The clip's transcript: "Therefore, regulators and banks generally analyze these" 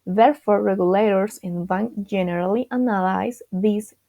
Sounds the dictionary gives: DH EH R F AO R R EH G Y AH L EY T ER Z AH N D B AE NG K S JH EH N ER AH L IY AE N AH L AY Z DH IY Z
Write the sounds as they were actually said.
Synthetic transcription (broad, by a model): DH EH R F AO R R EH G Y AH L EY T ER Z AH N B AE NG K JH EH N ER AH L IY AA N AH L AY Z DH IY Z